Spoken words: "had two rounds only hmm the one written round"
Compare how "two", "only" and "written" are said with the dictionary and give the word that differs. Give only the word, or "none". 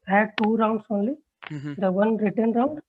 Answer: only